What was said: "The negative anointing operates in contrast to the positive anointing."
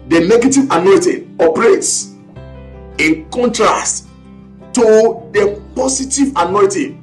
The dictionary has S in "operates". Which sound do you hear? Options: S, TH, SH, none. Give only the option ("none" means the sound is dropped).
S